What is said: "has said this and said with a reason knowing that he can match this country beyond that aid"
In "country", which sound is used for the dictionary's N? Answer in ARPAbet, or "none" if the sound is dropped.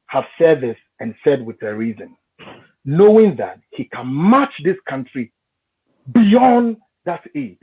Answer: N